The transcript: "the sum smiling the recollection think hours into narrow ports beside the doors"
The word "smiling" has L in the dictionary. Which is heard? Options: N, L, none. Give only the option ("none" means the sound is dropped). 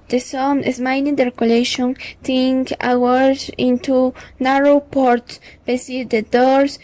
N